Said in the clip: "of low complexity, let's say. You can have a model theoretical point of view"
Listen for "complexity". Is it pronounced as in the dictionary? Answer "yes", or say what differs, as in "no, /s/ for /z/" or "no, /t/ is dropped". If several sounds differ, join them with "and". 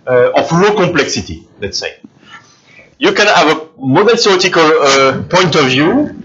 no, /m/ is dropped